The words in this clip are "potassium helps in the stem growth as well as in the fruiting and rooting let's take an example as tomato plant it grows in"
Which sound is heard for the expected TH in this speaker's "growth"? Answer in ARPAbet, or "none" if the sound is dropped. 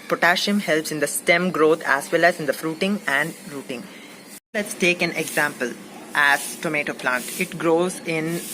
T